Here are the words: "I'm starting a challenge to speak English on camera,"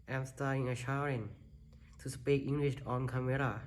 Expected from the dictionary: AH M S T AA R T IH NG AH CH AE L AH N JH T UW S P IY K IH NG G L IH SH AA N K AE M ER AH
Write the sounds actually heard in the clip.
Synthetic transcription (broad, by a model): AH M S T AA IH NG AH SH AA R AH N T UW S P IY K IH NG G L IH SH AA N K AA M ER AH